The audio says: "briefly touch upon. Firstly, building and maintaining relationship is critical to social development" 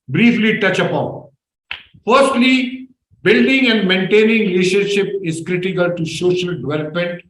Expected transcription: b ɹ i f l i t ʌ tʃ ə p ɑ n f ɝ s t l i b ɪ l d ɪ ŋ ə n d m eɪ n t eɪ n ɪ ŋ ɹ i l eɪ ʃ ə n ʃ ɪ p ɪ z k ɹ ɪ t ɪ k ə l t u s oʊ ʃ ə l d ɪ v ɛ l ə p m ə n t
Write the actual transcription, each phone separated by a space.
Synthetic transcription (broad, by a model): b ɹ i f l i t ʌ tʃ ə p ɑ n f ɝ s t l i b ɪ l d ɪ ŋ ə n d m eɪ n t eɪ n ɪ ŋ ɹ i l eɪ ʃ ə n ʃ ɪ p ɪ z k ɹ ɪ t ɪ k ə l t u ʃ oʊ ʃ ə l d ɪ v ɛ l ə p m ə n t